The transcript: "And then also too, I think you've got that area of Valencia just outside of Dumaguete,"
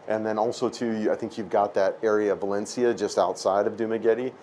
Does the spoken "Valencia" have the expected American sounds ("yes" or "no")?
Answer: yes